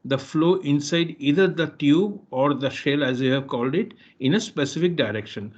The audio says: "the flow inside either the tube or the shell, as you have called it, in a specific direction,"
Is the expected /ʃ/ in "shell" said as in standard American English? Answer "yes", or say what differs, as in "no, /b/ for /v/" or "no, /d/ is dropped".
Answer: yes